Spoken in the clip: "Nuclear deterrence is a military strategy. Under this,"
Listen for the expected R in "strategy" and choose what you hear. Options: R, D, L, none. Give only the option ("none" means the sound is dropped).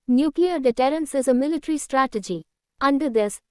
R